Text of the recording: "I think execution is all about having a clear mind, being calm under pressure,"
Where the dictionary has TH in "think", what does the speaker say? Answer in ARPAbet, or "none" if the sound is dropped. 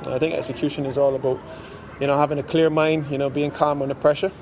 TH